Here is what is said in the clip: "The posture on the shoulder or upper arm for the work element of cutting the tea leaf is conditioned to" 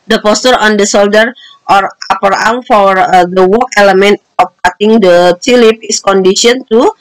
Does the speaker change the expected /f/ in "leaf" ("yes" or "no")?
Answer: yes